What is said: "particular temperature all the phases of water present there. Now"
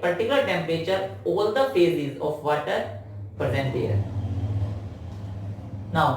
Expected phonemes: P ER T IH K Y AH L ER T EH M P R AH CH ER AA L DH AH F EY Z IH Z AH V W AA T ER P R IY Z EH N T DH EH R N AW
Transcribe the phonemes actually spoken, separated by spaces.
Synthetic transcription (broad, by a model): P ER T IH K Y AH L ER T EH M P R AH CH ER AA L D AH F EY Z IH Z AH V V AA T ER P R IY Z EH N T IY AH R N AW